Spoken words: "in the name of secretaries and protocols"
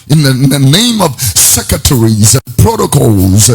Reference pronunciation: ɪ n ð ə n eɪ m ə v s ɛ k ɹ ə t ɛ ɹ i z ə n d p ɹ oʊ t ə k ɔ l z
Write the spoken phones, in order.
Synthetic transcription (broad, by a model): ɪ n ð ə n eɪ m ə v s ɛ k ɹ ə t ɛ ɹ i z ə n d p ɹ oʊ t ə k ɔ l z